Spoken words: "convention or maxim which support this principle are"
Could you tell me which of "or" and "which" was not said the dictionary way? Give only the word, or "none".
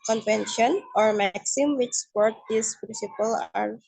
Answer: none